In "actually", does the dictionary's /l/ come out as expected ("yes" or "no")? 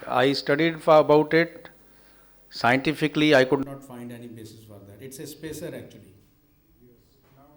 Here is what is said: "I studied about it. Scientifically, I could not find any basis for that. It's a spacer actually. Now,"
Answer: no